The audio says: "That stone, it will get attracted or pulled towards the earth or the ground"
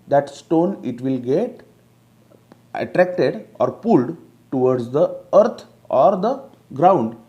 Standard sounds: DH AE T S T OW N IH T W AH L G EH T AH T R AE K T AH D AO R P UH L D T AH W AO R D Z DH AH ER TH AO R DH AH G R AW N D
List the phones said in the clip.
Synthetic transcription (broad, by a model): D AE T S T OW N IH T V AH L G EH T AH T R AE K T AH D AO R P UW L D T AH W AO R D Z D AH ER T AO R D AH G R AW N D